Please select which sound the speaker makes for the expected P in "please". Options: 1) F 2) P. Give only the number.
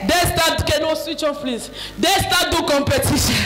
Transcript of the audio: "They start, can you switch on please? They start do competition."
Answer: 1